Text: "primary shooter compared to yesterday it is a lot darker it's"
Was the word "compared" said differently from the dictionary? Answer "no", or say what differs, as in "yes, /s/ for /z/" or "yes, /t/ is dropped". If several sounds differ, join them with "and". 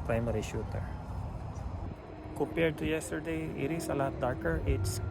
yes, /m/ is dropped